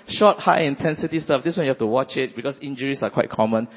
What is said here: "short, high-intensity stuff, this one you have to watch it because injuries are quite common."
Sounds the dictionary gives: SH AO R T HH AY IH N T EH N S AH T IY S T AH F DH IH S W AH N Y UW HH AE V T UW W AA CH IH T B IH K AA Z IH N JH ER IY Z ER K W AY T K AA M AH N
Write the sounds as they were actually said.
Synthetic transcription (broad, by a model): SH AO T HH AY IH N T EH N S AH T IY S T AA F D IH S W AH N Y UW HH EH F T UW W AA CH IH T B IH K AA S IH N JH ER IY S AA K W AY T K AA M AH N